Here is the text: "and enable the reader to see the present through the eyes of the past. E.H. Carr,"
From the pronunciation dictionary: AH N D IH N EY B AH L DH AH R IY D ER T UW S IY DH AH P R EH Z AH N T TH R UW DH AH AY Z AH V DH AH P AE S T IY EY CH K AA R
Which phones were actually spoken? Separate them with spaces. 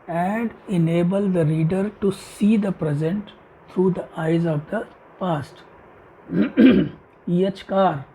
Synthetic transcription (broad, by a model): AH N D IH N EY B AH L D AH R IY D ER T UW S IY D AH P R EH Z AH N T T R UW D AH AY Z AH V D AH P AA S T IY EY CH K AA R